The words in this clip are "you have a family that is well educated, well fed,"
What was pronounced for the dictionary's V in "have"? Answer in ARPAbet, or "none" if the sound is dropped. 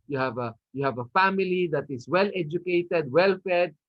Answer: V